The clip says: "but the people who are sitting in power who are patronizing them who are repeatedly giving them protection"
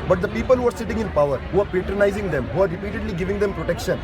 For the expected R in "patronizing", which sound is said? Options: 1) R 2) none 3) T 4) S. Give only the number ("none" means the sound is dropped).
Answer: 1